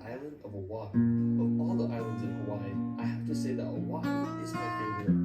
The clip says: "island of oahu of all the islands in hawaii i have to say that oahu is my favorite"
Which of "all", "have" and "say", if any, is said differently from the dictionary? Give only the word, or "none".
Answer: have